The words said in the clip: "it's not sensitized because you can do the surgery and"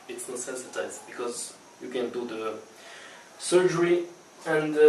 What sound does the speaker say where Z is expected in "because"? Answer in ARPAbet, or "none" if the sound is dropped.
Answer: Z